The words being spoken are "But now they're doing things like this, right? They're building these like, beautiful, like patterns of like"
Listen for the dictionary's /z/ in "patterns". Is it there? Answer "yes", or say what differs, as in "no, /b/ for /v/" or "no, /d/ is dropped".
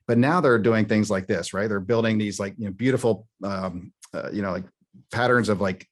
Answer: yes